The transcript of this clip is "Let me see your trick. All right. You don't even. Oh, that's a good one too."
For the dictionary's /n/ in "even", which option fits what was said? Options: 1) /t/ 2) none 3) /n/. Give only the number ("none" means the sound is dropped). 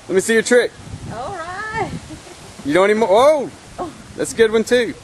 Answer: 2